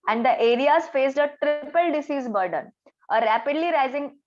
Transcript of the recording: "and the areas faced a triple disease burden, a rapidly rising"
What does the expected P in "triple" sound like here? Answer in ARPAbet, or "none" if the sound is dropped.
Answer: P